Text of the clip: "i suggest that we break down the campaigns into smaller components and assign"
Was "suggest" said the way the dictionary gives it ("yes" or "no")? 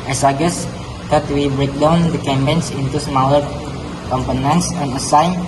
no